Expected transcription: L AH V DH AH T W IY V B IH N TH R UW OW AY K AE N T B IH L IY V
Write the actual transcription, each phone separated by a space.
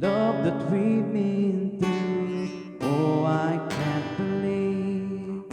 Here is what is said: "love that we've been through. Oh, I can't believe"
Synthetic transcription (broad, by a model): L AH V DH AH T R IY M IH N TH UW OW AY K AE N T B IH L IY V